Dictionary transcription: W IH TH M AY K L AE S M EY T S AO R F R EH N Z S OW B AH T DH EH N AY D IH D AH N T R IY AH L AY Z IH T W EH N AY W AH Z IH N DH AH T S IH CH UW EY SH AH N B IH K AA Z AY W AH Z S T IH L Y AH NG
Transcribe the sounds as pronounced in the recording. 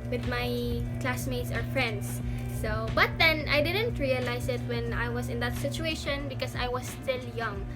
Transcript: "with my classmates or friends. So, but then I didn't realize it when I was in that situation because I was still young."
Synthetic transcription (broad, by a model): W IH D M AY K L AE S M EY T S AO R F R EH N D S OW B AH T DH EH N AY D IH D AH N T R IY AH L AY S IH T W EH N AY W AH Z IH N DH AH T S IH CH UW EY SH AH N B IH K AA S AY W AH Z S T IH L Y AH NG